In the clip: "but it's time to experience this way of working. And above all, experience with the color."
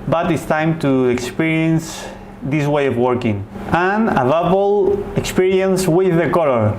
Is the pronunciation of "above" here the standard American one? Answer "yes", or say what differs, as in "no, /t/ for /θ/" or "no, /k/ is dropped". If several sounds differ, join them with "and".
no, /p/ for /v/